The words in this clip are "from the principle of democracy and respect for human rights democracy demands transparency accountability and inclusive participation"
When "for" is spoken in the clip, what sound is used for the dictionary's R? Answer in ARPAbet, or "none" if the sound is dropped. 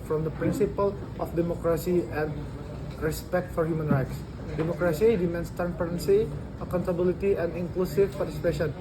R